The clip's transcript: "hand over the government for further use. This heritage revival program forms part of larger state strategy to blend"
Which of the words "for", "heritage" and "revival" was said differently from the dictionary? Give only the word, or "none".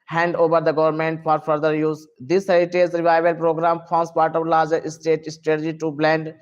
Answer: heritage